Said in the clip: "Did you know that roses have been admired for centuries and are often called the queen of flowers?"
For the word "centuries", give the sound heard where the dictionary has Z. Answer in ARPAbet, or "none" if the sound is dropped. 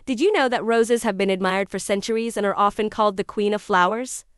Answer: Z